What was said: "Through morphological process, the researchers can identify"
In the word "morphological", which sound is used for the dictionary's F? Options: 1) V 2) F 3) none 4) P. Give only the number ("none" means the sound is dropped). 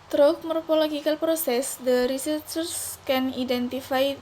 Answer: 4